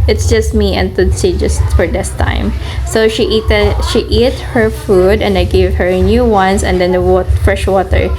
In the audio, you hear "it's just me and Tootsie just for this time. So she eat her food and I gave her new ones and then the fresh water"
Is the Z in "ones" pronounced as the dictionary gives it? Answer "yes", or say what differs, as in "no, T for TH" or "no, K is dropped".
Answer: no, S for Z